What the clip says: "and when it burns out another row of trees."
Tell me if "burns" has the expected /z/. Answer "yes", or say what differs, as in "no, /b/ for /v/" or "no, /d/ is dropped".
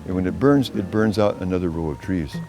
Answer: yes